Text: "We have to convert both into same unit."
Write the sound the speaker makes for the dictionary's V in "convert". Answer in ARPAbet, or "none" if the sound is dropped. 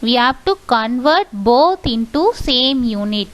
V